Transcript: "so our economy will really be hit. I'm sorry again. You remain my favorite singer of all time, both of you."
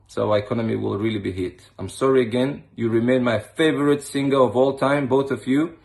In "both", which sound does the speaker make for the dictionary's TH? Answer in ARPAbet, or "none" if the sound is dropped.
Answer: TH